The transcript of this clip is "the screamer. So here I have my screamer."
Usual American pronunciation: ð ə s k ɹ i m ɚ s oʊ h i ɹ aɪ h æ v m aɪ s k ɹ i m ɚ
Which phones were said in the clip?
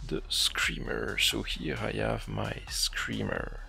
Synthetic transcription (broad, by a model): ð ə s k ɹ i m ɚ s oʊ h i ɹ aɪ h æ v m aɪ s k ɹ i m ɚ